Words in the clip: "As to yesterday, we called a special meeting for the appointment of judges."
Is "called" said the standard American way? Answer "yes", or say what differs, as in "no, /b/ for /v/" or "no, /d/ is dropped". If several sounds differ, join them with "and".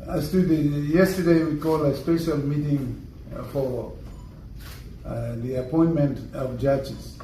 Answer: no, /d/ is dropped